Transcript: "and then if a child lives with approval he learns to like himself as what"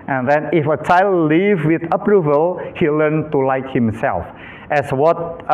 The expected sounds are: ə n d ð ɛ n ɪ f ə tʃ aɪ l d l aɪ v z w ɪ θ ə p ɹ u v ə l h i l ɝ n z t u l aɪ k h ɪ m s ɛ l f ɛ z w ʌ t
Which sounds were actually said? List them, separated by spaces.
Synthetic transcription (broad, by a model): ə n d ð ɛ n ɪ f ə tʃ aɪ l d l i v w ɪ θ ə p ɹ u v ə l h i l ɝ n t u l aɪ k h ɪ m s ɛ l f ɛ s w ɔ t